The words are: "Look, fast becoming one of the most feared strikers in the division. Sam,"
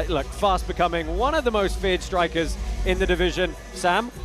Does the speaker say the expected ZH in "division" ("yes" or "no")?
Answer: yes